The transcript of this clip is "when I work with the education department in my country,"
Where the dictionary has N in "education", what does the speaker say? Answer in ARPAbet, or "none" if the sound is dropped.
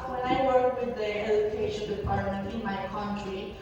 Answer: L